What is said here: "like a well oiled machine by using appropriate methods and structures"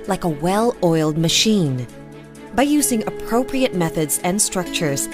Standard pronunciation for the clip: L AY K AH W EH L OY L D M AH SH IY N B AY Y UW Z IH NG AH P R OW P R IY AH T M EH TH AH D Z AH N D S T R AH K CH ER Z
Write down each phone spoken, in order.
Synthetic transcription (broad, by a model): L AY K AH W EH L OY L D M AH SH IY N B AY Y UW Z IH NG AH P R OW P R IY AH T M EH TH AH D Z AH N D S T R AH K CH ER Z